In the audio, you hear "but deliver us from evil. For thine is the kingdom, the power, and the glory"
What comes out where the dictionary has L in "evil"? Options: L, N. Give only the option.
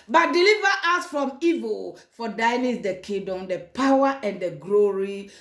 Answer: L